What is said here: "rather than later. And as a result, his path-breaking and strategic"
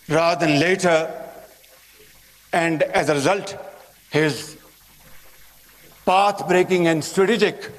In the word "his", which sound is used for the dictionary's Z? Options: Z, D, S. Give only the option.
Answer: Z